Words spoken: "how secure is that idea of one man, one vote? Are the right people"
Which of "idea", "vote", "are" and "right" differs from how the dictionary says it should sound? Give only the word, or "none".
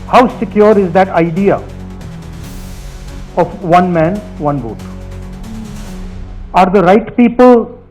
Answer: vote